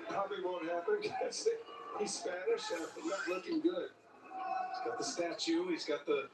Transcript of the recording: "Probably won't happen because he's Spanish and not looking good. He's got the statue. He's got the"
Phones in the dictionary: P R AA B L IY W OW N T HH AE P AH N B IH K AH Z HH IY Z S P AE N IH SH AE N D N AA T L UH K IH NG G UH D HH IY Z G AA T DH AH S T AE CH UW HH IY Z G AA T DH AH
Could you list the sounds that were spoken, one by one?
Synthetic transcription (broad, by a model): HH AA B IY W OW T HH AE P AH N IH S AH HH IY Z S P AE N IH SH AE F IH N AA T L UH K IH NG G UH D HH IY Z G AA T DH AH S T AE CH UW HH IY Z G AA T DH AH